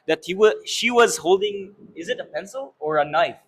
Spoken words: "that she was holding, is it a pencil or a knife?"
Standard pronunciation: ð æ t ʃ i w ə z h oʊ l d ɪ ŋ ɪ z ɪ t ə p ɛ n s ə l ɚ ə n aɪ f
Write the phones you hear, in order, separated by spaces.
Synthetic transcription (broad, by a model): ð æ t ʃ i w ə z h oʊ l d ɪ ŋ ɪ z ɪ t ə p ɛ n s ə l ɚ ə n aɪ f